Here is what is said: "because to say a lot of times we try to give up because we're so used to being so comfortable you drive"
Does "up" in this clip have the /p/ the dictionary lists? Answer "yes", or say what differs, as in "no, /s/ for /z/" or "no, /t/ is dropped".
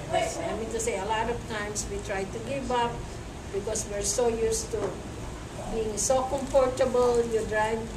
yes